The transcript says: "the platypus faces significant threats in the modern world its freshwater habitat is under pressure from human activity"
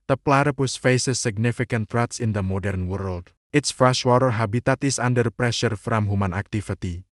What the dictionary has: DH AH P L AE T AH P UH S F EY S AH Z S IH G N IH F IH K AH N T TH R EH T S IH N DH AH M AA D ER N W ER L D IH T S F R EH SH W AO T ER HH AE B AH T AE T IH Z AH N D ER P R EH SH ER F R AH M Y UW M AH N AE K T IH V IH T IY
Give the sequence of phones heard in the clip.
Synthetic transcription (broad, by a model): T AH P L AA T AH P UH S F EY S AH S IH G N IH F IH K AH N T R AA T S IH N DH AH M AA D ER N W ER L D IH T S F R EH SH W AO T ER HH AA B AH T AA T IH S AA N D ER P R EH SH ER F R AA M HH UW M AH N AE K T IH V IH T IY